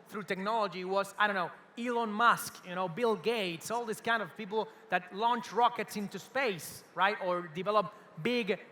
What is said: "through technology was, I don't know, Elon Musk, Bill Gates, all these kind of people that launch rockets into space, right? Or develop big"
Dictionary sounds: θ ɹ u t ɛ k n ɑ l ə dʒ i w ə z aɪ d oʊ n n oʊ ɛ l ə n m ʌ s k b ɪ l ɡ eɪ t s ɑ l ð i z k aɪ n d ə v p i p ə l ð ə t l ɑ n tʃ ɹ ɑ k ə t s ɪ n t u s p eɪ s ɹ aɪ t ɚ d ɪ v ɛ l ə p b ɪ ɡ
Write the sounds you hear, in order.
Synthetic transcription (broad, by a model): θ ɹ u t ɛ k n ɑ l ə dʒ i w ə z aɪ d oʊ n n oʊ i l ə n m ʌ s k b ɪ l ɡ eɪ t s ɑ l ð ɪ s k aɪ n d ə v p i p l ð ə t l ɑ n tʃ ɹ ɑ k ə t s ɪ n t u s p eɪ s ɹ aɪ t ɚ d ɪ v ɛ l ə p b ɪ ɡ